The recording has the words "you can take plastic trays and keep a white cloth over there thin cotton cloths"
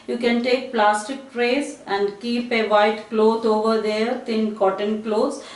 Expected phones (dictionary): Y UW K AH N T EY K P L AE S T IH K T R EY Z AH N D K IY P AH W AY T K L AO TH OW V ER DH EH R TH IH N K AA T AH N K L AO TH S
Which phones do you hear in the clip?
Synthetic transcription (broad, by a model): Y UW K AH N T EY K P L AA S T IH K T R EY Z AH N D K IY P AH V AY T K L AO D OW V ER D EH R T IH N K AA T AH N K L AO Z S